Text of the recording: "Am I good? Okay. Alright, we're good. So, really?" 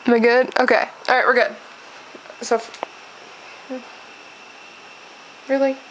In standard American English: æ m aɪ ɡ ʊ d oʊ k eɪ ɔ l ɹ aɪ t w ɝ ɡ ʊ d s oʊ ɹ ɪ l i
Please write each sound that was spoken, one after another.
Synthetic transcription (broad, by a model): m aɪ ɡ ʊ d oʊ k eɪ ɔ ɹ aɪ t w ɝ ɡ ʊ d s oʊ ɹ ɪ l i